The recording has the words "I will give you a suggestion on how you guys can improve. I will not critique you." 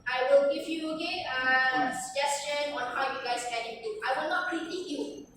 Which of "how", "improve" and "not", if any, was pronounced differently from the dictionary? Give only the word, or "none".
improve